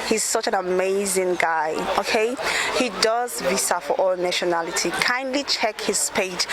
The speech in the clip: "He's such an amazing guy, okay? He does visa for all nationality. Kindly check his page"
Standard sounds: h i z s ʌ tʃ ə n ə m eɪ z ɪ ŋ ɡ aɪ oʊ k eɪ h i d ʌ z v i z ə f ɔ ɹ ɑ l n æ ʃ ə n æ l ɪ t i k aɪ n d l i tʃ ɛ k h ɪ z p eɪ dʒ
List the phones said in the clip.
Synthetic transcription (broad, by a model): h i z s ʌ tʃ ə n ə m eɪ z ɪ ŋ ɡ aɪ oʊ k eɪ h i d ʌ z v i s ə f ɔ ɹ ɑ l n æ ʃ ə n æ l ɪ t i k aɪ n d l i tʃ ɛ k h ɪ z p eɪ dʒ